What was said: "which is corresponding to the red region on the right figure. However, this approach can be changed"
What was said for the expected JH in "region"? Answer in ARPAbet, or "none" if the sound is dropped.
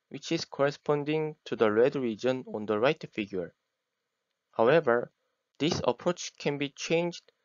JH